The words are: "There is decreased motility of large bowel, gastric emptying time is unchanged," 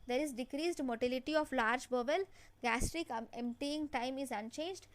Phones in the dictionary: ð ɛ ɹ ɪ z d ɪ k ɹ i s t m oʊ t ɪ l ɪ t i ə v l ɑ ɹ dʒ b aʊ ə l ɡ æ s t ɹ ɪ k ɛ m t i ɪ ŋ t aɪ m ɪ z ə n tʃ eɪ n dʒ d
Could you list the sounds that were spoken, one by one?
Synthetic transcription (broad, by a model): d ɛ ɹ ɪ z d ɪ k ɹ i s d m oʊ t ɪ l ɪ t i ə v l ɑ ɹ dʒ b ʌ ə l ɡ æ s t ɹ ɪ k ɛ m t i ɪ ŋ t aɪ m ɪ z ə n tʃ eɪ n dʒ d